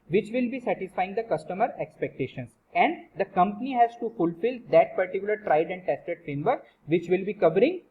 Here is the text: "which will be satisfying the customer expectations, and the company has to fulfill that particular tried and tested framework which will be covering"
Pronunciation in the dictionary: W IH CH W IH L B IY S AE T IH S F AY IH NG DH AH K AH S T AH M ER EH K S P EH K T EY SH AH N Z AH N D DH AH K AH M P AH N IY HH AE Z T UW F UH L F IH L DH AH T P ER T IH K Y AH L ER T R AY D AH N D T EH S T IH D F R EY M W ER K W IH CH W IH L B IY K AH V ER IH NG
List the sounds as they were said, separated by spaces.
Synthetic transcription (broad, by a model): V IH CH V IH L B IY S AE T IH S F AY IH NG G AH K AH S T AH M ER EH K S P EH K T EY SH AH N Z AH N D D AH K AH M P AH N IY HH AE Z T UW F UH L F IH L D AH T P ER T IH K Y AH L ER T R AY D AH N D T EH S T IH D F R EY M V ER K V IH CH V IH L B IY K AH V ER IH NG